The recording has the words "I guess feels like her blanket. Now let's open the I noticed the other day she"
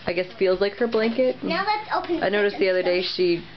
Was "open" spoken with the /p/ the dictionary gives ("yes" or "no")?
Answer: no